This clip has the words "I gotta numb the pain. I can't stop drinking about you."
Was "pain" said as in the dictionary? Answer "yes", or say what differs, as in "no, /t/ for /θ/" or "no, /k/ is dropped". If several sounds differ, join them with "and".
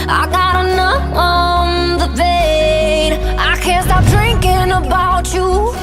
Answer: no, /b/ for /p/